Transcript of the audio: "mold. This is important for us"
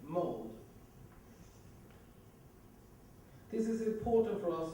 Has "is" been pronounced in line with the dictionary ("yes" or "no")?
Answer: yes